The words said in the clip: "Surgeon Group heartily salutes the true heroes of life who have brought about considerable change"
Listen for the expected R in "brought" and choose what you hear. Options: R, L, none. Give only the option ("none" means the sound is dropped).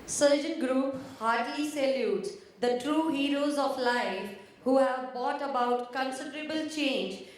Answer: none